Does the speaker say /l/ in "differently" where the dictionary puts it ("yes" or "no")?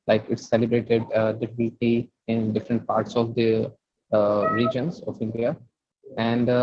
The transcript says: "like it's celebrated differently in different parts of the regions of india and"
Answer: no